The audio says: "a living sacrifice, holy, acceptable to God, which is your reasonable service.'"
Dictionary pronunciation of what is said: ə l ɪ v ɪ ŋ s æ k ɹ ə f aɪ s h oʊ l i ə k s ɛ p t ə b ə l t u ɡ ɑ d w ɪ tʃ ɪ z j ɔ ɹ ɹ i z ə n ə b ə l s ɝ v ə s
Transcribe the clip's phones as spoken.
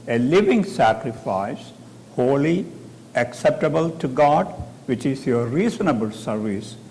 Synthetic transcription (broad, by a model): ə l ɪ v ɪ ŋ s æ k ɹ ə f aɪ s h oʊ l i ə k s ɛ p t ə b ə l t u ɡ ɑ d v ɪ tʃ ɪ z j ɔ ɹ ɹ i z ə n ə b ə l s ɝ v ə s